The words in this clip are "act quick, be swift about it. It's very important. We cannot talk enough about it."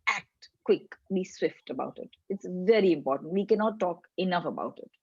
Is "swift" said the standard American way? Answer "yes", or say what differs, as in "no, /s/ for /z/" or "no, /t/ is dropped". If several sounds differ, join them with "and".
yes